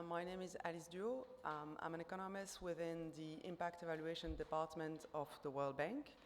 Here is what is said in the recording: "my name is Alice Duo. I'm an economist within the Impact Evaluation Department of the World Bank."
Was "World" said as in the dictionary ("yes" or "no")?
yes